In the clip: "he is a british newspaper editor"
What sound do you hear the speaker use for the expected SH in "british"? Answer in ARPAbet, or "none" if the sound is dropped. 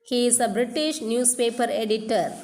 SH